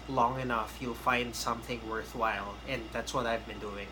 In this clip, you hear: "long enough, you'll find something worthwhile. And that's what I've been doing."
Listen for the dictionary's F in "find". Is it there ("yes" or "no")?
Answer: yes